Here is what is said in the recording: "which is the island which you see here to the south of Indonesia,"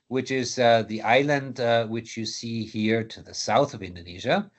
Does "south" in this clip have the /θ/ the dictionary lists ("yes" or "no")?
yes